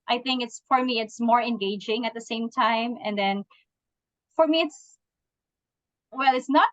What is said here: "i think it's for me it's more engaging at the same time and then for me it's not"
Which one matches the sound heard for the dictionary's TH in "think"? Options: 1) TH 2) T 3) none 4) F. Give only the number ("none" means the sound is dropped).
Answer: 1